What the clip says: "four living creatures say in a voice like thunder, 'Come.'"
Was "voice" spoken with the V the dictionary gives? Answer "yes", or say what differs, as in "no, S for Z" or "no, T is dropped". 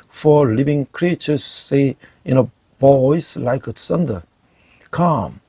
no, B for V